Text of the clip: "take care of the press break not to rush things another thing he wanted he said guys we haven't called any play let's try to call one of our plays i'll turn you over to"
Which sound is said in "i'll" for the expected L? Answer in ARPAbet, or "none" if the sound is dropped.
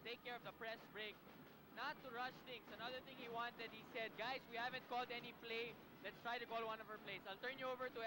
L